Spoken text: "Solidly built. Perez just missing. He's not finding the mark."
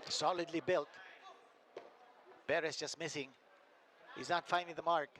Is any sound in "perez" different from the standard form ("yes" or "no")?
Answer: yes